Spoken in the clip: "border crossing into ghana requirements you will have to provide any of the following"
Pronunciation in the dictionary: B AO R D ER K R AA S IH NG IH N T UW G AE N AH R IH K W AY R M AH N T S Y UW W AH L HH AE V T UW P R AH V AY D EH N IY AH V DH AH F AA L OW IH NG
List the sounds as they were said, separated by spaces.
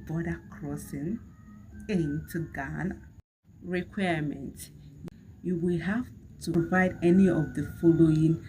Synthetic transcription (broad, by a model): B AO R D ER K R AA S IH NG IH N T UW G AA N R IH K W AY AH M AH N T Y UW W AH L HH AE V T UW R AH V AY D EH N IY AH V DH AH F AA L OW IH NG